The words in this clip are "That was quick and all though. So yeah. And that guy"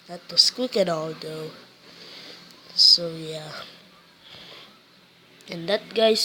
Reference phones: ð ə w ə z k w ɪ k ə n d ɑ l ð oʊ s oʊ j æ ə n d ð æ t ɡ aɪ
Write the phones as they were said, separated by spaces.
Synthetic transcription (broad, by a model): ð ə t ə s k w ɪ k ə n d ɑ l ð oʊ s oʊ j æ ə n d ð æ t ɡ aɪ